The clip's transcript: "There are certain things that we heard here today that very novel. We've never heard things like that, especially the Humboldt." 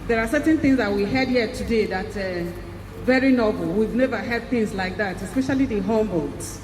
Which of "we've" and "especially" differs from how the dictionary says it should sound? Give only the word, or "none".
none